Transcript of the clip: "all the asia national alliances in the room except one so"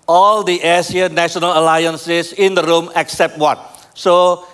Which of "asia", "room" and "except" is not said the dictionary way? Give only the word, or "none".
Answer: asia